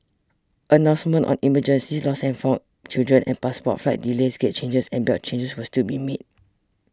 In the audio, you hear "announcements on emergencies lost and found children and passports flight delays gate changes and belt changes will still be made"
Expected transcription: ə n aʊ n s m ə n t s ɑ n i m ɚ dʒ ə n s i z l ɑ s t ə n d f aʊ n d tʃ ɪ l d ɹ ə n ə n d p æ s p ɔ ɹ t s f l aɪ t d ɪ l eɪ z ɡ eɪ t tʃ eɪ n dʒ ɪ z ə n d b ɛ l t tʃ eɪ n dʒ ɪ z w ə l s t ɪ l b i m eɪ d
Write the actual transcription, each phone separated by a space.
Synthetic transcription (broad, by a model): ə n aʊ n s m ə n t ɑ n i m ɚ dʒ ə n s i s l ɑ s ə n f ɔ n tʃ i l d ɹ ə n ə n p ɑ s p ɔ t f l aɪ t d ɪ l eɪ s ɡ eɪ t tʃ eɪ n dʒ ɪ s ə n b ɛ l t tʃ eɪ n dʒ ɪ s w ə s t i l b i m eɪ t